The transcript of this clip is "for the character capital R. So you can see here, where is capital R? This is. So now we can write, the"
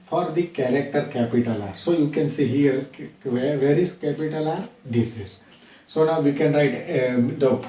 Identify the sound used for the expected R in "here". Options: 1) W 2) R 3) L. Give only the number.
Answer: 2